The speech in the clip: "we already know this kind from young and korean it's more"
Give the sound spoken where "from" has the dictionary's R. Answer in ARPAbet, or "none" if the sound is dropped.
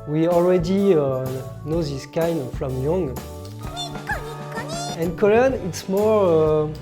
L